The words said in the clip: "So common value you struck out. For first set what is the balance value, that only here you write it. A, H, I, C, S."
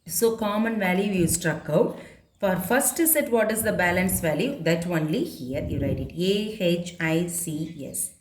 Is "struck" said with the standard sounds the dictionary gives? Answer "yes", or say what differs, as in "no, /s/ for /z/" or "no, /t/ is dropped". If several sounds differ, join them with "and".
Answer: yes